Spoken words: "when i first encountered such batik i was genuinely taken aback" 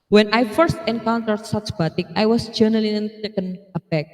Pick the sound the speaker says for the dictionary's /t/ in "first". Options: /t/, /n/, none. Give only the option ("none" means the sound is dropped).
/t/